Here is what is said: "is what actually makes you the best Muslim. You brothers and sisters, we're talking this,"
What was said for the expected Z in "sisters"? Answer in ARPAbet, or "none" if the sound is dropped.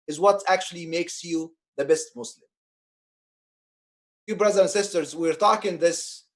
Z